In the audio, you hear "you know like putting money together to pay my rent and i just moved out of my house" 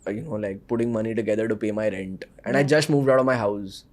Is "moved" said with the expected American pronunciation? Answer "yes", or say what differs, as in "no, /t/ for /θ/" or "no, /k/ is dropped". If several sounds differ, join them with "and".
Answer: yes